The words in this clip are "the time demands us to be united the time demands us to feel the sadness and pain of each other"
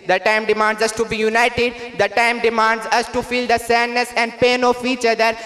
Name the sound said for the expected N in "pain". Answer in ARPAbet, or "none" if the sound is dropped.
N